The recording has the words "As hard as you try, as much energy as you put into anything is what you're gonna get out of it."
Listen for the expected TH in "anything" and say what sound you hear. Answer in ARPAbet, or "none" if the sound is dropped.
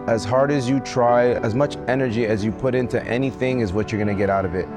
TH